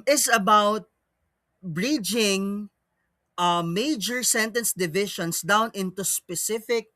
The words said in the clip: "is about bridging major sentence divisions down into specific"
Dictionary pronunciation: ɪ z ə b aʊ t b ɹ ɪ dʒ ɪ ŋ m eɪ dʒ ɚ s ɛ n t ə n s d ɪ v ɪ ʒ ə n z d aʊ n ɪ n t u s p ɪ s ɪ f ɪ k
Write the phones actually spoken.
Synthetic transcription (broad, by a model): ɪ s ə b aʊ t b ɹ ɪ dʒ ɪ ŋ m eɪ dʒ ɚ s ɛ n t ə n s d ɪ v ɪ ʃ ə n s d aʊ n ɪ n t u s p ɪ s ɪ f ɪ k